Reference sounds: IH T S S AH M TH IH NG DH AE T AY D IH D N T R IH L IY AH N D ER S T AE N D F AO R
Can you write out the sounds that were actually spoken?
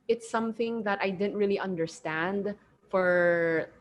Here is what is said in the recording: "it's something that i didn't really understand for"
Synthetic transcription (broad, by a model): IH T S S AH M TH IH NG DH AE T AY D IH D N T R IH L IY AH N D ER S T AE N D F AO R